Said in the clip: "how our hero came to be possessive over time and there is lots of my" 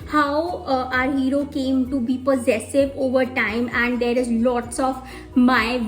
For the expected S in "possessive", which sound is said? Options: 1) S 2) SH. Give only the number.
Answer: 1